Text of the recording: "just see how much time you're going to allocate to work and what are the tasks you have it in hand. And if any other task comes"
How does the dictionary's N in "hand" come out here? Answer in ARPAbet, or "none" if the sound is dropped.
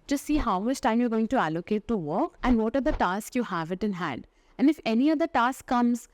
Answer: N